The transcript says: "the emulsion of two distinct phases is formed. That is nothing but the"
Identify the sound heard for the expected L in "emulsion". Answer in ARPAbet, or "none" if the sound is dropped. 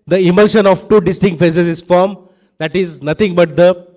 L